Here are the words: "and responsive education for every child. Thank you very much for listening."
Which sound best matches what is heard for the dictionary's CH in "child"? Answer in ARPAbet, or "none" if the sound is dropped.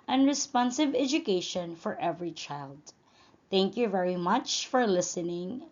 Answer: CH